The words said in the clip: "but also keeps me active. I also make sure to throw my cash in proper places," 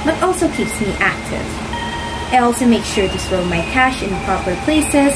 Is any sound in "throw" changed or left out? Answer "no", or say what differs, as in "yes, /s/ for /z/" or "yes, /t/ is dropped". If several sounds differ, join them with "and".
yes, /s/ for /θ/